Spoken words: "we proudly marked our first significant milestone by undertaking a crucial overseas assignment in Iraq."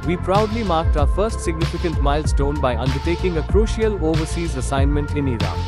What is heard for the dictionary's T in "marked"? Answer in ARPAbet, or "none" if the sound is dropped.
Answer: T